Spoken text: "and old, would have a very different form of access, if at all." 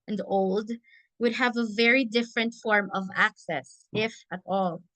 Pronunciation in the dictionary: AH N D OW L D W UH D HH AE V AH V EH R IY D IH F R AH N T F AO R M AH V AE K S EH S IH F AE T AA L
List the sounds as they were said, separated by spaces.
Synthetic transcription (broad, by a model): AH N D OW L D W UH D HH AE V AH V EH R IY D IH F R AH N T F AO R M AH V AE K S EH S IH F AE T AA L